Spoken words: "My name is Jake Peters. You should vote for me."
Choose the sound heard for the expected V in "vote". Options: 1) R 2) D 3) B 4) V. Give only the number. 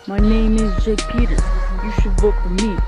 3